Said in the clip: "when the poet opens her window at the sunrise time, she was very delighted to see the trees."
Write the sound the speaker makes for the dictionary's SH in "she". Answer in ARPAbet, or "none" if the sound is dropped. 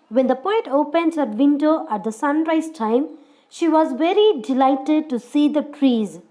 SH